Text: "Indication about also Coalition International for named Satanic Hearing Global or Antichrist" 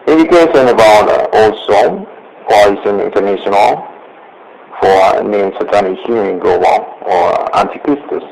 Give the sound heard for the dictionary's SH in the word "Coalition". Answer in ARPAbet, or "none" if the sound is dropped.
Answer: S